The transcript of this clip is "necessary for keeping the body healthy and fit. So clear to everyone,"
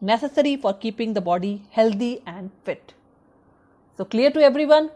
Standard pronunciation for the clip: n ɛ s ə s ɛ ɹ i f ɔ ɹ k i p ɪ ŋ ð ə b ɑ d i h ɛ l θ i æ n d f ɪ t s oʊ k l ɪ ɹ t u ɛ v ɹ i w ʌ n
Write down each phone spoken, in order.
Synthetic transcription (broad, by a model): n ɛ s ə s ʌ ɹ i f ɔ ɹ k i p ɪ ŋ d ə b ɑ d i h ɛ l t i æ n d f ɪ t s oʊ k l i ɹ t u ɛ v ɹ i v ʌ n